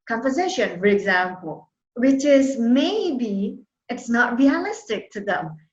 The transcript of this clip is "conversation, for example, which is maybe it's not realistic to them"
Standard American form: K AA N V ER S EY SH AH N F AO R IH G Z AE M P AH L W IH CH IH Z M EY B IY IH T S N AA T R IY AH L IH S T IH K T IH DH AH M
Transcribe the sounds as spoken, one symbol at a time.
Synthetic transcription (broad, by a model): K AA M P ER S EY SH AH N F AO R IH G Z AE M P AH L W IH CH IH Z M EY B IY IH T S N AA T R IY AH L IH S T IH K T IH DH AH M